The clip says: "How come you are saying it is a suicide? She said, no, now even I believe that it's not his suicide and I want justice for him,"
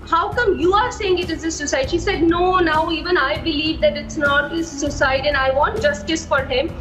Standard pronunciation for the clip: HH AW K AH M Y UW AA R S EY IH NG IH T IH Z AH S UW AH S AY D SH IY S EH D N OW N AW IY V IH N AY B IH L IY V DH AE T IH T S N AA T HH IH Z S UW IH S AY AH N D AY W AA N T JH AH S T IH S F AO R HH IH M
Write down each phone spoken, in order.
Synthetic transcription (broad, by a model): HH AW K AH M Y UW AA R S EY IH NG IH T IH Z AH S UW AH S AY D SH IY S EH D N OW N AW IY V IH N AY B IH L IY V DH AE T IH T S N AA T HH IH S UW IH S AY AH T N AY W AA N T JH AH S T IH S F AO R HH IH M